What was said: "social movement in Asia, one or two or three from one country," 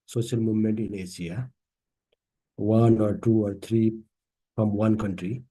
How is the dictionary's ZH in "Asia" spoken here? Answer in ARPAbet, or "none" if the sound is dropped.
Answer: S